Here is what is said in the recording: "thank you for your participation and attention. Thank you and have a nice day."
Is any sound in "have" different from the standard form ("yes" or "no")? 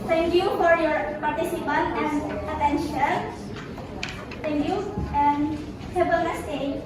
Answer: yes